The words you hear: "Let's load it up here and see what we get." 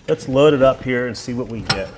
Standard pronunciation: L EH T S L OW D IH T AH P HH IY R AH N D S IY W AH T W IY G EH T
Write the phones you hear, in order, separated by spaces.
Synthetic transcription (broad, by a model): L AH T S L OW D IH T AH P HH IY R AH N S IY W AH T W IY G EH T